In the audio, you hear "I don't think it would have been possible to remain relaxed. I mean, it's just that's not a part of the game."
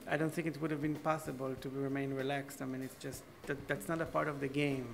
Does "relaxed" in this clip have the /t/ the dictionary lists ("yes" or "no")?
yes